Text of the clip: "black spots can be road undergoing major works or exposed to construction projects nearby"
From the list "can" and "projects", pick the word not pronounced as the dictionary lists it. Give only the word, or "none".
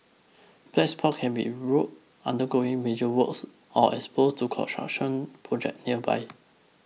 projects